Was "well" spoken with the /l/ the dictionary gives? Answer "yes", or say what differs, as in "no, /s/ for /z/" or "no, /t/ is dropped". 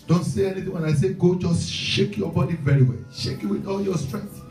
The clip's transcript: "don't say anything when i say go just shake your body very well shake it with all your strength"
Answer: yes